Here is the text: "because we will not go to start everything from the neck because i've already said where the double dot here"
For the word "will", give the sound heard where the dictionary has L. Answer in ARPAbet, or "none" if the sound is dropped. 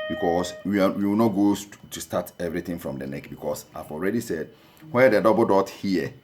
W